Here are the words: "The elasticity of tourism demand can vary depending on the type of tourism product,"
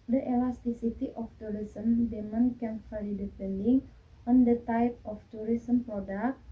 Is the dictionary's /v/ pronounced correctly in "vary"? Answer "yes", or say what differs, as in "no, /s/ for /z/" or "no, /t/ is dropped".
no, /f/ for /v/